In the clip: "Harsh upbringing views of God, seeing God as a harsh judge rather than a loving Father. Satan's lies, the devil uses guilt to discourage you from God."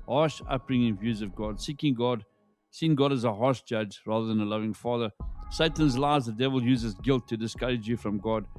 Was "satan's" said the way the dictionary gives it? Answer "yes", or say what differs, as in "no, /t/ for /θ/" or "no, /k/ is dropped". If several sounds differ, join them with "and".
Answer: yes